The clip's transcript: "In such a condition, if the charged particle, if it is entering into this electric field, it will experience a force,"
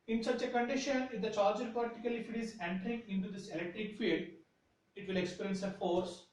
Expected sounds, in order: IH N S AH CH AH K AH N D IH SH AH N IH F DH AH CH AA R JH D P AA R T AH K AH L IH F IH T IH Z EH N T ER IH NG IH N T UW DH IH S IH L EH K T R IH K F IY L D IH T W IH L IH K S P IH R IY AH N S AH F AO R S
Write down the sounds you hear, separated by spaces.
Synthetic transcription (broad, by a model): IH N S AH CH AH K AH N D IH SH AH N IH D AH CH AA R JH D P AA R T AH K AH L IH F IH T IH Z EH N T ER IH NG IH N T UW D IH S IH L EH K T R IH K F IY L D IH T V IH L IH K S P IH R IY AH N S AH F AO R S